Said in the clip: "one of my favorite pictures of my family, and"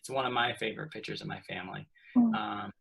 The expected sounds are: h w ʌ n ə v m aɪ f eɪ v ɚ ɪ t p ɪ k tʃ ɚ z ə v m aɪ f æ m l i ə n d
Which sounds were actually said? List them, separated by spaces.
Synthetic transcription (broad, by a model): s w ʌ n ə v m aɪ f eɪ v ɚ ɪ t p ɪ k tʃ ɚ z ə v m aɪ f æ m l i ə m